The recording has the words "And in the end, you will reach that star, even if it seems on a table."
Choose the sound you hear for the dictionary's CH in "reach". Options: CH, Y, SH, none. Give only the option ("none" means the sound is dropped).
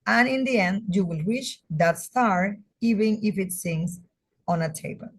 SH